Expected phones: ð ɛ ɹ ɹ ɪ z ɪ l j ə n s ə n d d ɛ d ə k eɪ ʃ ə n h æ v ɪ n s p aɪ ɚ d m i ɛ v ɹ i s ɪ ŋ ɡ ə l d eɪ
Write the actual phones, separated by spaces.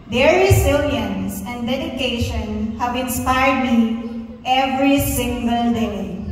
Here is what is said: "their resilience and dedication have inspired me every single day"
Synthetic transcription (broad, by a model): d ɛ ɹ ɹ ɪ s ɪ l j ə n s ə n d d ɛ d ə k eɪ ʃ ə n h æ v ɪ n s p aɪ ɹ d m i ɛ v ɹ i s ɪ ŋ ɡ ə l d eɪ